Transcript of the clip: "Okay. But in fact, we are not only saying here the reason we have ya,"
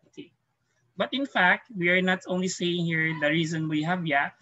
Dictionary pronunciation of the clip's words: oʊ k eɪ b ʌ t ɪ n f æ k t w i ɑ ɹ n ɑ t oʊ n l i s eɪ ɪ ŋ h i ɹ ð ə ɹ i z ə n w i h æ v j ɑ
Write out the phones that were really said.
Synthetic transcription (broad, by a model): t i b ʌ t ɪ n f æ k t w i ɑ ɹ n ɑ t oʊ n l i s eɪ ɪ ŋ h i ɹ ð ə ɹ i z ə n w i h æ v j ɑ